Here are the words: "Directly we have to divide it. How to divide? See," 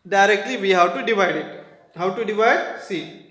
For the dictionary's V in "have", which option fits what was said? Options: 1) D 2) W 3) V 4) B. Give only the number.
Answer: 2